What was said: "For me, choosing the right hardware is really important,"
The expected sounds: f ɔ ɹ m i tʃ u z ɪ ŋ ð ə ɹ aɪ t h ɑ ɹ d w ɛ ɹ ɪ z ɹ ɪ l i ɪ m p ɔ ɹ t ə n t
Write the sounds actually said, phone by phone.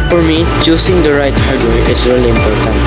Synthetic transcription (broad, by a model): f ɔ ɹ m i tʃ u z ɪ ŋ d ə ɹ aɪ t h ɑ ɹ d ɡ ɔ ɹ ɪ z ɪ w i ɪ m p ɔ ɹ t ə n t